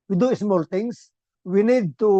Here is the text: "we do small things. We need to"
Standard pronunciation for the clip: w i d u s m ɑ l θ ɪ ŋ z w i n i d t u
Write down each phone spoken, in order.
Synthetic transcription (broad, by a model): w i d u s m ɑ l t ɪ ŋ s w i n i d t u